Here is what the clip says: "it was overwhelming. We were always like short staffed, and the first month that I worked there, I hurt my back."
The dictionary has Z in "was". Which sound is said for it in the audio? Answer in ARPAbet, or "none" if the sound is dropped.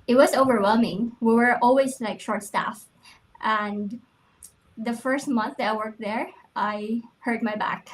Z